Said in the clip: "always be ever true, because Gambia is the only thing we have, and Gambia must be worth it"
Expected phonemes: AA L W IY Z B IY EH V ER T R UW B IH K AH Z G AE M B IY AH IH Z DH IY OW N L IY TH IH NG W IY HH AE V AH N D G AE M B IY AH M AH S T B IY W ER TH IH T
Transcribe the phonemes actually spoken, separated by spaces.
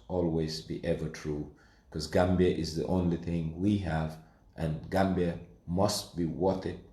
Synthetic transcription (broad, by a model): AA L W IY Z B IY EH V ER T R UW K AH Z G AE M B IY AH IH Z DH IY OW N L IY TH IH NG W IY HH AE V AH N G AE M B IY AH M AH S T B IY W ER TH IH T